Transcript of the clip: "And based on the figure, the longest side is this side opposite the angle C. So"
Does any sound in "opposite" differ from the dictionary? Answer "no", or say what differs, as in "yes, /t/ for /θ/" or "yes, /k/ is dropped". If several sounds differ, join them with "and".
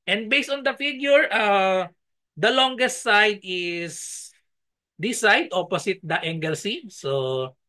yes, /s/ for /z/